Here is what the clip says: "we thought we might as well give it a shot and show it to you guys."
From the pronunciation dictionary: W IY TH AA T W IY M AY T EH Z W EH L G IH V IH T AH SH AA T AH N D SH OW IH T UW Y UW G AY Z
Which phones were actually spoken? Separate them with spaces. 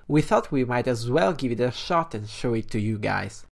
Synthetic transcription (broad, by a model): W IY TH AA T W IY M AY T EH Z W EH L G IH V IH T AH SH AA T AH N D SH OW IH T UW Y UW G AY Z